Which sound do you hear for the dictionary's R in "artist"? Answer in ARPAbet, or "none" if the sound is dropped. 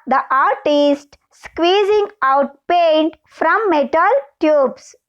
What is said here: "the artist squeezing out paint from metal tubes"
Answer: R